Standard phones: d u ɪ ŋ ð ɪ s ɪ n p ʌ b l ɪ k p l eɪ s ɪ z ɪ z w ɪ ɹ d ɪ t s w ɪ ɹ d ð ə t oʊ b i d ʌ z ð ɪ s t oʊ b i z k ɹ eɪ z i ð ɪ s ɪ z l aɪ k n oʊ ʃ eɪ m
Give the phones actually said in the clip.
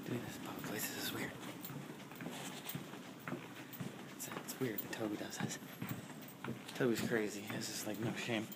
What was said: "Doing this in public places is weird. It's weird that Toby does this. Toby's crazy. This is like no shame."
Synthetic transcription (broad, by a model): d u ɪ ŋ ð ɪ s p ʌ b ɪ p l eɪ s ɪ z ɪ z w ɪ ɹ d ɪ t s w ɪ ɹ d ð ə t oʊ b i d ʌ z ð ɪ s t oʊ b i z k ɹ eɪ z i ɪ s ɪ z l aɪ k n oʊ ʃ eɪ m